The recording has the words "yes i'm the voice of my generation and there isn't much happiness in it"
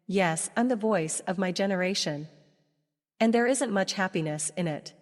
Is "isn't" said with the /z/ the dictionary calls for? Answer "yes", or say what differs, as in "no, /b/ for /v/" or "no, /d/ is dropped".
yes